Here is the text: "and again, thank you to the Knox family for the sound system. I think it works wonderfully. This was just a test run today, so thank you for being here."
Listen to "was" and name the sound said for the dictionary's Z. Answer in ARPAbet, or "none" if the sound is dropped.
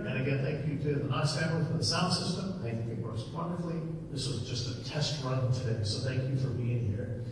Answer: Z